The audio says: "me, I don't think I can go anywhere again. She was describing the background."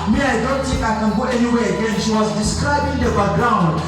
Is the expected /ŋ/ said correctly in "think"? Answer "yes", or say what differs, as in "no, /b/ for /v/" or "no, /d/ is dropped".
no, /ŋ/ is dropped